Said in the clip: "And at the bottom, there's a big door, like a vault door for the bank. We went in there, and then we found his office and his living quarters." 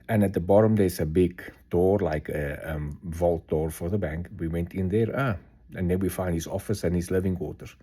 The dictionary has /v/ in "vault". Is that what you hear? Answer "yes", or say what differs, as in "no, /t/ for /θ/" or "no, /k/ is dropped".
yes